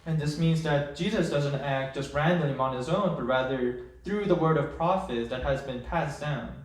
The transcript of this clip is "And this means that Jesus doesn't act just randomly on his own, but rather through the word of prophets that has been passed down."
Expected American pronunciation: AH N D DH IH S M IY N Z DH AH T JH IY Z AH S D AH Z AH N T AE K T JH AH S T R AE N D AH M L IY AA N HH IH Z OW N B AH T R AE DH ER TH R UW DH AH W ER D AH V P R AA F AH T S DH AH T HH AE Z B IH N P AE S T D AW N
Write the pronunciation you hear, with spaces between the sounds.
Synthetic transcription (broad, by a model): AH N DH IH S M IY N Z DH AH T JH IY Z AH S D AH Z AH N T AE K T JH AH S T R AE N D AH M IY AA N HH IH Z OW N B AH T R AE DH ER TH R UW DH AH W ER D AH V P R AA F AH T DH AH T HH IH Z B IH N P AE S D AW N